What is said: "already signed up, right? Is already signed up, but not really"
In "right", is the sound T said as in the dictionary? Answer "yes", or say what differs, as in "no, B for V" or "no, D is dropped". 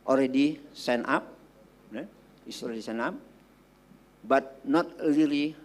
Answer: no, T is dropped